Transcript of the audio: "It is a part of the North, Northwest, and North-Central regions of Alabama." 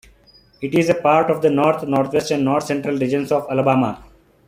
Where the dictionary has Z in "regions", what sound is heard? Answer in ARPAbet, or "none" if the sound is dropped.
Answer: S